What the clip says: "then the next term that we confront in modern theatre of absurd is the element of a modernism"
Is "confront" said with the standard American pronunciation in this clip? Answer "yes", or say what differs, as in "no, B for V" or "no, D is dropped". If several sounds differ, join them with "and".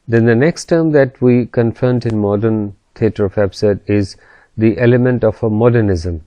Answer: no, R is dropped